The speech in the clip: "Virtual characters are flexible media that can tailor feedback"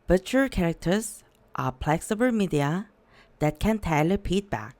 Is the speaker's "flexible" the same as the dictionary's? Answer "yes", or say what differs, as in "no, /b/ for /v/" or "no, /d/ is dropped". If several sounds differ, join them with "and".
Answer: no, /p/ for /f/